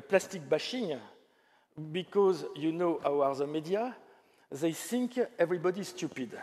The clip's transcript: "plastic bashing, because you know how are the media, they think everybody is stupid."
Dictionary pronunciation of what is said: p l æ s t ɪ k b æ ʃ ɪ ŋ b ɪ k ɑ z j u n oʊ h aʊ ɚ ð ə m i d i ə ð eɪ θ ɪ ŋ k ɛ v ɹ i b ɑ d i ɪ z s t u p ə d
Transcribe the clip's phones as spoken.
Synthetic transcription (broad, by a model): p l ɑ s t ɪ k b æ ʃ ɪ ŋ b ɪ k ɑ z j u n oʊ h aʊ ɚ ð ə m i d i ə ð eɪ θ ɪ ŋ k ɛ v ɹ i b ɑ d i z s t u p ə d